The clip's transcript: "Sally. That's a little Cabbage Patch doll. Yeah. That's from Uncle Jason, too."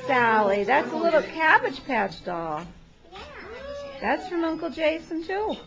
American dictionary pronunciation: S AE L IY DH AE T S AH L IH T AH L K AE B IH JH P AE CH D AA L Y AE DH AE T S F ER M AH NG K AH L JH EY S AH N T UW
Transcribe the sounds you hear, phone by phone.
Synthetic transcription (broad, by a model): S AE L IY DH AE T S AH L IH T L K AE B IH JH P AE CH D AA L DH AE T S F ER M AH NG K L JH EY S AH N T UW